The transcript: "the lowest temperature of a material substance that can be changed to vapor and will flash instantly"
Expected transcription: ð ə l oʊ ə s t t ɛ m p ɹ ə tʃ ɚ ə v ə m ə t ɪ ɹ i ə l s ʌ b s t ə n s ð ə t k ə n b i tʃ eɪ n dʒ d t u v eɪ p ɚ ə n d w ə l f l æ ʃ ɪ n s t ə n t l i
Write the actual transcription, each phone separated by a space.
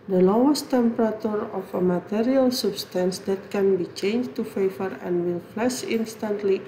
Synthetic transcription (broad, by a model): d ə l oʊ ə s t t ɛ m p ɹ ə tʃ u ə f ə m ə t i ɹ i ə l s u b s t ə n s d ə t k ə n b i tʃ eɪ n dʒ t u f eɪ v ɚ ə n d w ə l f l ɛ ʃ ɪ n s t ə n t l i